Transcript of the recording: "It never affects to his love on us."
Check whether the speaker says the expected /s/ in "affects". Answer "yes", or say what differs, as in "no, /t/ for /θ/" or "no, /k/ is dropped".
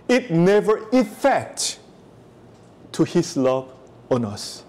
no, /s/ is dropped